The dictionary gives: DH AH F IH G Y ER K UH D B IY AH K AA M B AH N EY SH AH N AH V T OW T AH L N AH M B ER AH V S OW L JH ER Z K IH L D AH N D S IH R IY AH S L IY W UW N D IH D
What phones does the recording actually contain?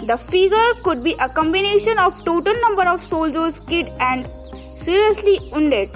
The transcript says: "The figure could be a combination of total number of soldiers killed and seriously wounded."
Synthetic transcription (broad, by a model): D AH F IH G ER K UH D B IY AH K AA M B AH N EY SH AH N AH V T OW T AH L N AH M B ER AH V S OW L JH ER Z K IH D AH N D S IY R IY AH S L IY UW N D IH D